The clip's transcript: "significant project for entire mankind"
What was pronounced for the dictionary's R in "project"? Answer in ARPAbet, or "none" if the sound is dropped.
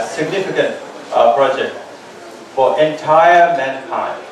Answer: R